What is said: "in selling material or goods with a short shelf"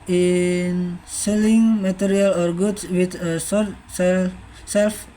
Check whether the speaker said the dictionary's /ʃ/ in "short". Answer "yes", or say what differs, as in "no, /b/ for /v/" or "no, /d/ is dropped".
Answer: no, /s/ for /ʃ/